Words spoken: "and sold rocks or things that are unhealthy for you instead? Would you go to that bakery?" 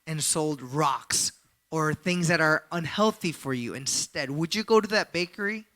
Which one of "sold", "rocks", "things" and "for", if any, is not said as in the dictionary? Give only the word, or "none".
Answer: none